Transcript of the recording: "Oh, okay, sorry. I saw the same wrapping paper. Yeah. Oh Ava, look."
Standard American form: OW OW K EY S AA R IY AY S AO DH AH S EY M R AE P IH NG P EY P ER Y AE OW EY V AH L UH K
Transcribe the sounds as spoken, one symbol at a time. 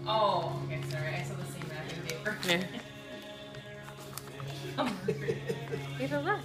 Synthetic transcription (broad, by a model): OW OW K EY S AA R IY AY S AO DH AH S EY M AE IH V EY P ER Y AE OW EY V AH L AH